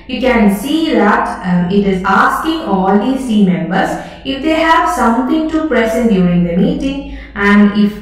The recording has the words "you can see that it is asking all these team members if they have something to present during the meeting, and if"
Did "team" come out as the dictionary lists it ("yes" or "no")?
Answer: no